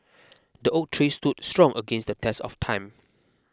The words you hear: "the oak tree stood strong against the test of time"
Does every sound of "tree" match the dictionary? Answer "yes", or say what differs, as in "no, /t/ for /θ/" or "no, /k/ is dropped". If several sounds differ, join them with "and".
yes